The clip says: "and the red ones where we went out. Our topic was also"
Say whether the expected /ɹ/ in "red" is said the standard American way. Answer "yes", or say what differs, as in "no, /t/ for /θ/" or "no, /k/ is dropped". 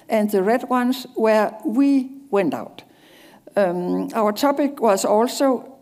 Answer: yes